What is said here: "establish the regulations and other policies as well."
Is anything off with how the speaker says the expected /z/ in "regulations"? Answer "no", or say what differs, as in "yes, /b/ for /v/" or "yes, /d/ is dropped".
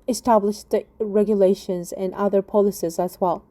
no